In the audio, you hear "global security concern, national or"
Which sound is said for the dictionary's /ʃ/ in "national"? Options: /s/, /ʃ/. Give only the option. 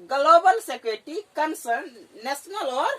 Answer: /s/